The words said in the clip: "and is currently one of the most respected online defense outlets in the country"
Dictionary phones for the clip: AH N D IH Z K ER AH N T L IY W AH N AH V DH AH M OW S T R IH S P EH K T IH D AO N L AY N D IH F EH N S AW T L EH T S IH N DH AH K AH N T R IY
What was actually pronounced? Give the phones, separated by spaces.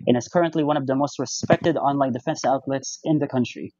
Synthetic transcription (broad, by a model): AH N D IH Z K ER AH N T L IY W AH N AH V DH AH M OW S T R IH S P EH K T IH D AO N L AY N D IH F EH N S AW T L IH T S IH N DH AH K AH N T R IY